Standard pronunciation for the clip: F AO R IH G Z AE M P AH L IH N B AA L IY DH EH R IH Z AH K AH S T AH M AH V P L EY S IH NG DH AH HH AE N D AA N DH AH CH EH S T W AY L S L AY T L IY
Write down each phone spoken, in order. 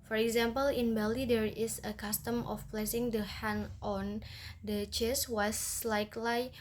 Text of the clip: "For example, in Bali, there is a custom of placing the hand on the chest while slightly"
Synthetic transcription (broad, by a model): F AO R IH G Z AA M P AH L IH N B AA L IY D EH R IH S AH K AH S T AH M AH F P L EY S IH NG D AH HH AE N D AA N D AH CH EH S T W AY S L AY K L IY